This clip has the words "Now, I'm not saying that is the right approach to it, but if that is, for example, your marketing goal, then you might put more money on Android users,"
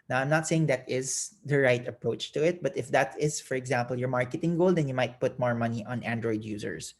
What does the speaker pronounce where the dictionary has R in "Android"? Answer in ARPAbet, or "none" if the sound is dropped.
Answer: R